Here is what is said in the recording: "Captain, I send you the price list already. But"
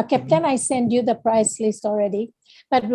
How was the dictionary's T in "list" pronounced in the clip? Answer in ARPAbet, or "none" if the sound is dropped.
T